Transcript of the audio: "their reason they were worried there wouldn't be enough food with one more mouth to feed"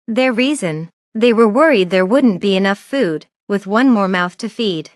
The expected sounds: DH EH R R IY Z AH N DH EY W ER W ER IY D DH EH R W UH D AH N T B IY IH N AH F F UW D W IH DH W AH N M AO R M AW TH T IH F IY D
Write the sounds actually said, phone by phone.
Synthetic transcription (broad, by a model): DH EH R R IY Z AH N DH EY W ER W ER IY D DH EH R W UH D N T B IY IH N AH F F UW D W IH DH W AH N M AO R M AW TH T IH F IY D